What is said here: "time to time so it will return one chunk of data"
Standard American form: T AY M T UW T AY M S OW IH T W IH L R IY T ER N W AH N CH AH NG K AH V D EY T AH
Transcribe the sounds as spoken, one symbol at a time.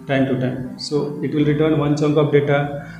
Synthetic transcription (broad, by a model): T AY M T UW T AY M S OW IH T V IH L R IY T ER N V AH N CH AH NG K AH P D EY T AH